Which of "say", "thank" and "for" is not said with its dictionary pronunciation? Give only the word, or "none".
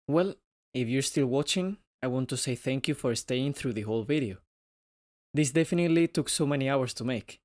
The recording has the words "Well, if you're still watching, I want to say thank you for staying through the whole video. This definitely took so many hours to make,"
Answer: none